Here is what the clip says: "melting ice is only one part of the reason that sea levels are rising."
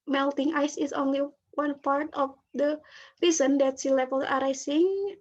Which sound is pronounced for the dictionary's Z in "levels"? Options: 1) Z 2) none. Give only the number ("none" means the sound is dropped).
2